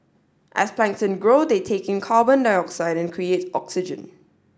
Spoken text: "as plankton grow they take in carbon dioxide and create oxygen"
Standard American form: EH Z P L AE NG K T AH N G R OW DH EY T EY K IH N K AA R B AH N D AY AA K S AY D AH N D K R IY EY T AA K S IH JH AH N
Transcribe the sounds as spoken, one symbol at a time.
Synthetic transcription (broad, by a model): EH S P L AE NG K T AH N G R OW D EY T EY K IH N K AA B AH N D AY AA K S AY D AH N K R IY EY T AA K S IH JH AH N